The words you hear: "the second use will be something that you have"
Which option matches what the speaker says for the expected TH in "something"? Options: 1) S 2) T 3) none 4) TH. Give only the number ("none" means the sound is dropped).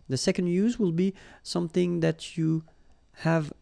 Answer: 4